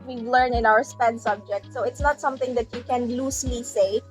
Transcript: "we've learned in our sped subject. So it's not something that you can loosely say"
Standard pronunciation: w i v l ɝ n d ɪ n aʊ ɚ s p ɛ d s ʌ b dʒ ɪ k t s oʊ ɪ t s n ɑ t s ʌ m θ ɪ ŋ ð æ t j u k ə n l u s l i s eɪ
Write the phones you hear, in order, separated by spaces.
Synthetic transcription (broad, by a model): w i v l ɝ n ɪ n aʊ ɚ s p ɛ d s ʌ b dʒ ɪ k t s oʊ ɪ t s n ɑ t s ʌ m θ ɪ ŋ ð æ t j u k ə n l u s l i s eɪ